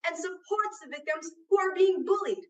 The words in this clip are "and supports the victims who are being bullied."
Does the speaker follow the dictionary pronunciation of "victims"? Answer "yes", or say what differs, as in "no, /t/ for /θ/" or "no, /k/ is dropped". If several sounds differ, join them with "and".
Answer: yes